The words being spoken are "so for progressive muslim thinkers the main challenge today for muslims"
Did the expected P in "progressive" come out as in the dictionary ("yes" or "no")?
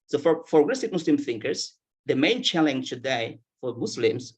no